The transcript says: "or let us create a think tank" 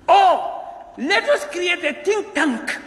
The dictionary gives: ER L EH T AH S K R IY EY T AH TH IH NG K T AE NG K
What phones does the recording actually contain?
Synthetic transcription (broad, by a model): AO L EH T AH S K R IY EY T AH T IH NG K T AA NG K